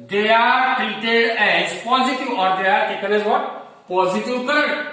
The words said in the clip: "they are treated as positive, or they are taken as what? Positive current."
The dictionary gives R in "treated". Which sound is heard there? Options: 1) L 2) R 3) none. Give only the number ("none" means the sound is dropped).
3